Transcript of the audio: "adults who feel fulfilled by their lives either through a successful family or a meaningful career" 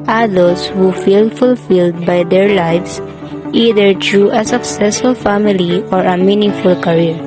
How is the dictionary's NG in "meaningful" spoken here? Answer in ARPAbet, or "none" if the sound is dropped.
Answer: NG